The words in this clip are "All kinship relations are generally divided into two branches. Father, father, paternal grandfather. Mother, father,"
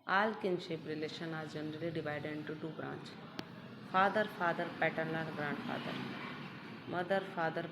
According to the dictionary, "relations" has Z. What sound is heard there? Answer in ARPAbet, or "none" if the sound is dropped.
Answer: none